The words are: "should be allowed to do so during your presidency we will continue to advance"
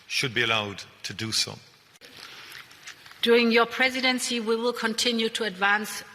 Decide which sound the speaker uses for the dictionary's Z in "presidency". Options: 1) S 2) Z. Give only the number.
2